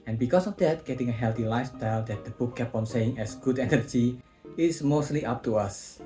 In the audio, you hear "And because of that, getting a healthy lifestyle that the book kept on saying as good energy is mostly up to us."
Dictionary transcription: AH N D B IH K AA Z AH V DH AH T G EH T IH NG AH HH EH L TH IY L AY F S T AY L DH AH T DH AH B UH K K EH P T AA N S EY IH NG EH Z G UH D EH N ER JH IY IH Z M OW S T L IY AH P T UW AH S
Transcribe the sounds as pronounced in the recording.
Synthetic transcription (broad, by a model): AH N B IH K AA S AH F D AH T G EH T IH NG AH HH EH L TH IY L AY F S T AY L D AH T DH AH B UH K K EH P AA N S EY IH NG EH S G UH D EH N ER JH IY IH S M OW S T L IY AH P T UW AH S